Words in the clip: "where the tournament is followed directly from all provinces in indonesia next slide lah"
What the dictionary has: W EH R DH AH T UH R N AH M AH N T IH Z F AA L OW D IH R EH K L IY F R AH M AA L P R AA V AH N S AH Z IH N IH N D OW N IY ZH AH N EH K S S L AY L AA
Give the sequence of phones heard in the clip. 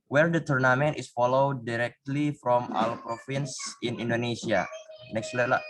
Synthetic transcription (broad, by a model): W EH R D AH T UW R N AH M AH N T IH S F AA L OW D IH R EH K L IY F R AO M AA L P R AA F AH N S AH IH N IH N D OW N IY S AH N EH K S S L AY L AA